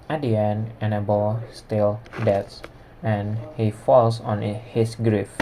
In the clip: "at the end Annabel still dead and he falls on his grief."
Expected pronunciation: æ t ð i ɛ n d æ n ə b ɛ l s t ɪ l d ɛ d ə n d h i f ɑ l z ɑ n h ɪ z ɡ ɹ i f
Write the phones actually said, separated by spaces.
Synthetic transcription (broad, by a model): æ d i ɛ n æ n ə b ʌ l s t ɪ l d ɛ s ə n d h i f ɑ l s ɑ n h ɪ s ɡ ɹ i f